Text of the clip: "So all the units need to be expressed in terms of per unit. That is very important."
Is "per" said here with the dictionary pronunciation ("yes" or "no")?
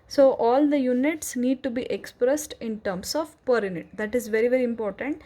yes